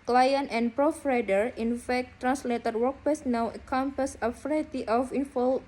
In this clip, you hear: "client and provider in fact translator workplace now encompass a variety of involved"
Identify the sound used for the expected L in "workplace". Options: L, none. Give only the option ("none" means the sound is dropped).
none